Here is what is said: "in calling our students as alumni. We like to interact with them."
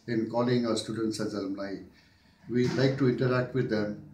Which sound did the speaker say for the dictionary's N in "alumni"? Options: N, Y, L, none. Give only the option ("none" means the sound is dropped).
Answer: L